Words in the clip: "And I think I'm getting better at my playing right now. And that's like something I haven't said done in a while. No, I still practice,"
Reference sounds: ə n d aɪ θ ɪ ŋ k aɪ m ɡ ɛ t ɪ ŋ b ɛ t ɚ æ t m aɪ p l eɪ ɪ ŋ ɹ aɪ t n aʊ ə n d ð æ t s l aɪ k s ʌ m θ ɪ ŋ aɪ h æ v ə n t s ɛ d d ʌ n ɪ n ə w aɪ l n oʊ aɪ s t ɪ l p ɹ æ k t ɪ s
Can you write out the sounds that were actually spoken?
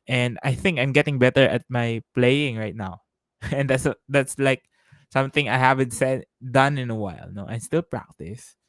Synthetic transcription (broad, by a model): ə n d aɪ θ ɪ ŋ k aɪ m ɡ ɛ t ɪ ŋ b ɛ t ɚ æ t m aɪ p l eɪ ɪ ŋ ɹ aɪ t n aʊ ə n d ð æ t s l aɪ k s ʌ m θ ɪ ŋ aɪ h æ v ə n t s ɛ d d ʌ n ɪ n ə w aɪ l n oʊ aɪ s t ɪ l p ɹ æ k t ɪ s